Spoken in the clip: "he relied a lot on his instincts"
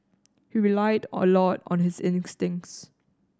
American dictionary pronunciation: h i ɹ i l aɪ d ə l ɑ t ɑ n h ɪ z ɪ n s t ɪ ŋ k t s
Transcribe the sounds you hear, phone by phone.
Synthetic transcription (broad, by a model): h i ɹ i l aɪ d ə l ɑ t ɑ n h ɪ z ɪ n s t ɪ ŋ k t s